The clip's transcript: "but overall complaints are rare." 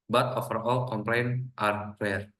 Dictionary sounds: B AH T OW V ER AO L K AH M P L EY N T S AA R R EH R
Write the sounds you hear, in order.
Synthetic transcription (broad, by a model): B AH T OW F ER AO L K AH M P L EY N T AA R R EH R